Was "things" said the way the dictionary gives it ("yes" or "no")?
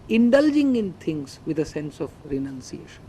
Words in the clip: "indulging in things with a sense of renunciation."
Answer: no